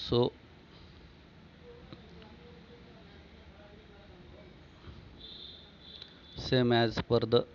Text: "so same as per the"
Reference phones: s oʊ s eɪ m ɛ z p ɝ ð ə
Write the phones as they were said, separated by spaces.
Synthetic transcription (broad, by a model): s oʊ s eɪ m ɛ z p ɝ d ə